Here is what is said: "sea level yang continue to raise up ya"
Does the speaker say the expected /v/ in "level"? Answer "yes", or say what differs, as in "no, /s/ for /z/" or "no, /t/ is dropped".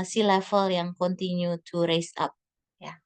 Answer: no, /f/ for /v/